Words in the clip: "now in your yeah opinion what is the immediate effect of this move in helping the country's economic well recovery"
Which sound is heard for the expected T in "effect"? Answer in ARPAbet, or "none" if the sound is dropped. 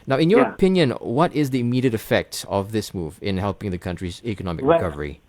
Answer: T